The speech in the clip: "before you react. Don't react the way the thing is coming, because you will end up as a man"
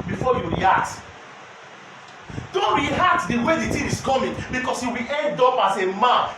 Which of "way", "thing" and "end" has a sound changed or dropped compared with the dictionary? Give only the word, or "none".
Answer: thing